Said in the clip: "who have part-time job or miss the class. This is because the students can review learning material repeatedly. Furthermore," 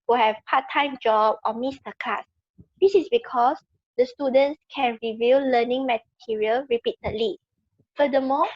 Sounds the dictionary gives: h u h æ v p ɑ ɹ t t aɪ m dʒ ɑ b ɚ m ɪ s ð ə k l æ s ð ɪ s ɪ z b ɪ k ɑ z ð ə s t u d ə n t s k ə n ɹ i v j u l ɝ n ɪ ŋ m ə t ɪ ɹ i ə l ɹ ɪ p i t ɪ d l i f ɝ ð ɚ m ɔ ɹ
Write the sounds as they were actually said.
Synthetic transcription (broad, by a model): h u h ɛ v p ɑ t t aɪ m dʒ ɑ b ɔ m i s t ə k ɑ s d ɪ s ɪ s b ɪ k ɑ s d ə s t u d ə n t s k ə n ɹ i v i l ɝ n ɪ ŋ m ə t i ɹ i ə l ɹ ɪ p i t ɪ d l i f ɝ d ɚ m ɔ